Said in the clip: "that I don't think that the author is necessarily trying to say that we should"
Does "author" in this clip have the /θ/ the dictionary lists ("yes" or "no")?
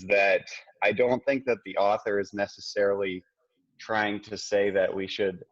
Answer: yes